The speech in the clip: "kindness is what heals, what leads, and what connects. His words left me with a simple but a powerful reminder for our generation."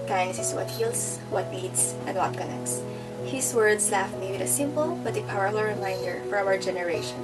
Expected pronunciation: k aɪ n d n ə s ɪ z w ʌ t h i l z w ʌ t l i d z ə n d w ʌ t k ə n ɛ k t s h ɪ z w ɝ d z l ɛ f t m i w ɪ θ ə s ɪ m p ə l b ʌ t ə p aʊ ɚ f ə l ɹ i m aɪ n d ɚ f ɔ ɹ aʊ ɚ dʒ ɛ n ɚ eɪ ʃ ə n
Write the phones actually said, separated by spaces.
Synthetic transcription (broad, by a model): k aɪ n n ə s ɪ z w ʌ t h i l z w ʌ t n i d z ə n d w ʌ t k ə n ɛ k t s h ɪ s w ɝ d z l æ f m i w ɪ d ə s ɪ m p ə l b ʌ t ə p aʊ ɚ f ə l ɹ i m aɪ n d ɚ f ɔ ɹ aʊ ɚ dʒ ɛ n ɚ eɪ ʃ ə n